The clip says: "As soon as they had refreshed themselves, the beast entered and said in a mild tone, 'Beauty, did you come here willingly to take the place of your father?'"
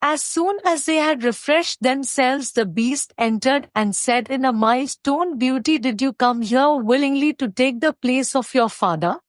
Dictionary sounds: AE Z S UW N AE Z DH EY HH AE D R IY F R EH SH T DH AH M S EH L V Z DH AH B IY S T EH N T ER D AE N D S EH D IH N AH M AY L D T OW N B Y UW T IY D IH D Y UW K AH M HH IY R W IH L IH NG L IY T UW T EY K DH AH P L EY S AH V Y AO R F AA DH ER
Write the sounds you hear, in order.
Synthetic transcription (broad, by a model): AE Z S UW N AE Z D EY HH AE D R IY F R EH SH T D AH M S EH L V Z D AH B IY S T EH N T ER D AE N D S EH D IH N AH M AY L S T OW N B Y UW T IY D IH D Y UW K AH M HH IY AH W IH L IH NG L IY T UW T EY K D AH P L EY S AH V Y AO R F AA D ER